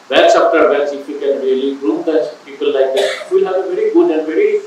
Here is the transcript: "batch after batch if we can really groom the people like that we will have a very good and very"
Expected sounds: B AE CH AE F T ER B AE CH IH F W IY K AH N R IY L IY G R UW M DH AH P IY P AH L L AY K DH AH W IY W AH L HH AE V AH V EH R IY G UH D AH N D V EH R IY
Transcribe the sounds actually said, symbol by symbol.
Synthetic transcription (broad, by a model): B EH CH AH P T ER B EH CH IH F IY K AH N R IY L IY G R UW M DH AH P IY P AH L L AY K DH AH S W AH L HH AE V AH V EH R IY G UH D AH N D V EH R IY